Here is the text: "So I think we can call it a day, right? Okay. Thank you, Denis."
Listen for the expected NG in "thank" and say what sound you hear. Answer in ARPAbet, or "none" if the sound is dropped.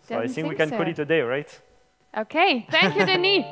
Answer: none